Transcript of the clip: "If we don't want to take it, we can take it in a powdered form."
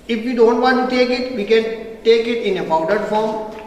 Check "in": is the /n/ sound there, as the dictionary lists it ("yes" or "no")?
yes